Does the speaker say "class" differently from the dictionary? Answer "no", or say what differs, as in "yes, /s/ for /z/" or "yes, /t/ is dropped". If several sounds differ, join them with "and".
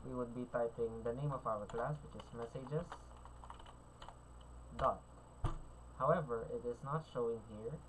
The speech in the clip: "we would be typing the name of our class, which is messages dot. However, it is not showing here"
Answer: no